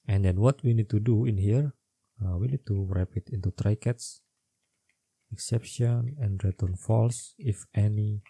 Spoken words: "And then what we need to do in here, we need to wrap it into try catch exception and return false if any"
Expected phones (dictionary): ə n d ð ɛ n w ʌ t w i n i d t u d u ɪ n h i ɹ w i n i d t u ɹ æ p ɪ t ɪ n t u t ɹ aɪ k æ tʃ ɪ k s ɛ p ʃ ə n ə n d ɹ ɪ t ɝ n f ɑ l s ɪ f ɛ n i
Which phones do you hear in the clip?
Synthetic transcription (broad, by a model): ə n d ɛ n w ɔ t w i n i d t u d u ɪ n h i ɹ w i n i d t u ɹ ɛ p ɪ t ɪ n t u t ɹ aɪ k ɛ s ɪ k s ɛ p ʃ ə n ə n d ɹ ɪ t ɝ n f ɑ l s ɪ f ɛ n i